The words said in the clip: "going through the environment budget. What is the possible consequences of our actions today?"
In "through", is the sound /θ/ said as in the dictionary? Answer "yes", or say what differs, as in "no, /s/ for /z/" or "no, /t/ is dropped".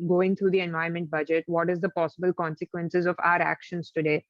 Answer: no, /t/ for /θ/